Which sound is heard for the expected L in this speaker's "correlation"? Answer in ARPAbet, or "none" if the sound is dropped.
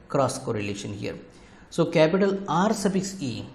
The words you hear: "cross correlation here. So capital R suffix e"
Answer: L